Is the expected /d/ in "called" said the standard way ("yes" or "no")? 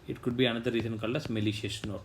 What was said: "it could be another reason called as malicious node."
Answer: no